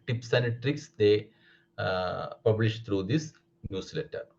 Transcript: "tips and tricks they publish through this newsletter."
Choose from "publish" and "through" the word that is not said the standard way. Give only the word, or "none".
through